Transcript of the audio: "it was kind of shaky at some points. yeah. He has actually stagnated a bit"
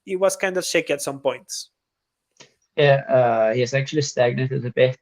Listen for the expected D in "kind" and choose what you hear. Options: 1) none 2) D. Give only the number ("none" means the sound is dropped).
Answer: 2